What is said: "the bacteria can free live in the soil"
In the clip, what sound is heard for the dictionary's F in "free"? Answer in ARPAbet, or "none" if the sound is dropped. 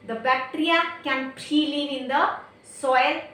P